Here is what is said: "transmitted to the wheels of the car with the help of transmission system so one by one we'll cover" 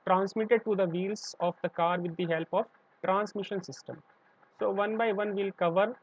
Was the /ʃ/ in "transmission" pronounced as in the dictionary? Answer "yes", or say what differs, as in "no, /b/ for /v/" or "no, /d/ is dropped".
yes